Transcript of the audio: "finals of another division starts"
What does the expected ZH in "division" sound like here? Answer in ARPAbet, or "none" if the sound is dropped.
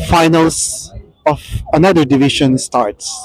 SH